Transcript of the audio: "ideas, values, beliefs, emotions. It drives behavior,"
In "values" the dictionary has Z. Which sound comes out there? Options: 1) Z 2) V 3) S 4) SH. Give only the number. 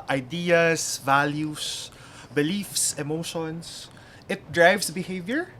3